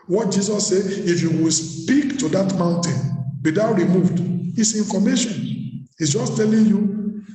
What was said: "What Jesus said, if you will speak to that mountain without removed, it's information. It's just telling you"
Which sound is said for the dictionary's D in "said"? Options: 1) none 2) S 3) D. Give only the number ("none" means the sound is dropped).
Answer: 1